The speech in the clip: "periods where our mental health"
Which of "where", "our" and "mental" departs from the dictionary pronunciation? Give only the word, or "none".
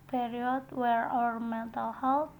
none